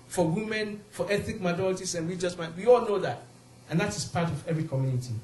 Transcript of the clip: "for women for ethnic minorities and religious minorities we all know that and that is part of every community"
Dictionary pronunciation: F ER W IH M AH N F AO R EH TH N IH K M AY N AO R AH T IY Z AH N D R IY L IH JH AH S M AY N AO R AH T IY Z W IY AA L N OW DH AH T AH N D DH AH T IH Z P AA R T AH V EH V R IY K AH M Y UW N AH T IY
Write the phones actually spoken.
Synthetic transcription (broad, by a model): F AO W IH M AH N F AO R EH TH IH K M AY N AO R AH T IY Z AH N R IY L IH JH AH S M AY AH W IY AA L N OW DH AH T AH N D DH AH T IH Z P AA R T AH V EH V R IY K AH M Y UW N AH T IY